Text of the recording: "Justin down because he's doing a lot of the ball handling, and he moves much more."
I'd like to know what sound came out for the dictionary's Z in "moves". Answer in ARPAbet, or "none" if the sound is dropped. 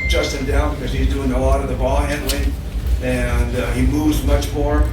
Z